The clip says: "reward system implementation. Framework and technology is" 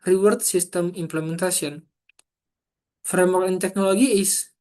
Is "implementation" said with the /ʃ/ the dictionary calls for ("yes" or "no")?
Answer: no